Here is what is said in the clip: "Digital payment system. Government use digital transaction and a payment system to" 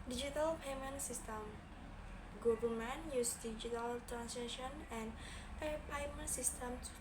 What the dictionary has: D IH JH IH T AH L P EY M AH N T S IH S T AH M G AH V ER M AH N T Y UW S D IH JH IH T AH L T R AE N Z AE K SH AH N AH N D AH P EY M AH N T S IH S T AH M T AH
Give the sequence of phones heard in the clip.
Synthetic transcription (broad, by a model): D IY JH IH T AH L P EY M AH N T S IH S T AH M G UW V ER M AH N Y UW S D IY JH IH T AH L T R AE N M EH SH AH N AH N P AH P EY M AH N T S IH S T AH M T